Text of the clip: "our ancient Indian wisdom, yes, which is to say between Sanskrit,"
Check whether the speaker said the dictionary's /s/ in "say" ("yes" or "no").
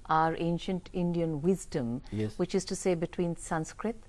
yes